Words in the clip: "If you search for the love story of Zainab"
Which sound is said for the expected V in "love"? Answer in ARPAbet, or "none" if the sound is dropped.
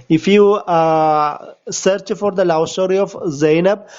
W